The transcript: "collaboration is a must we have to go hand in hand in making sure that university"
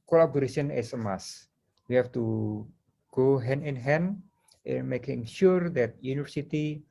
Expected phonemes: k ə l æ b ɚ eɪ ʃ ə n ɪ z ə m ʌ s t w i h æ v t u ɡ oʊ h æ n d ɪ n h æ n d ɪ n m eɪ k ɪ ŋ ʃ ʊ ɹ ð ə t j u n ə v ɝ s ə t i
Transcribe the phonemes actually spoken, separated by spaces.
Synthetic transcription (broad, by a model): k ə l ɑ b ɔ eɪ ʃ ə n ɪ s ə m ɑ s w i h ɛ f t u ɡ oʊ h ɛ n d ɪ n h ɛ n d ɪ n m eɪ k ɪ ŋ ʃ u ɹ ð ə t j u n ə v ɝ s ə t i